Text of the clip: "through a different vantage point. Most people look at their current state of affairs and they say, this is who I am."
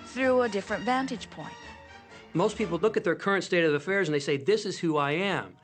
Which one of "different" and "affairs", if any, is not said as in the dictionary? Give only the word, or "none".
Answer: none